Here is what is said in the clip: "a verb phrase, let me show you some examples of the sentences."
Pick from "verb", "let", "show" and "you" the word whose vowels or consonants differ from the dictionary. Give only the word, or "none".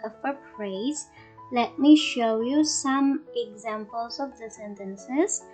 verb